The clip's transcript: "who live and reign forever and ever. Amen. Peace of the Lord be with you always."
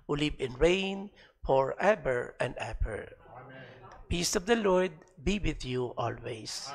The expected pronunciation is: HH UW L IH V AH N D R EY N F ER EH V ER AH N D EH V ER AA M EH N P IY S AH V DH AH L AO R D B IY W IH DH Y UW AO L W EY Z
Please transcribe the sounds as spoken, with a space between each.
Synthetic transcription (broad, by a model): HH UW L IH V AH N R EY N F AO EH B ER AH N D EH B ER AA P IY S AH V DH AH L AO R D B IY W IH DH Y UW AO L W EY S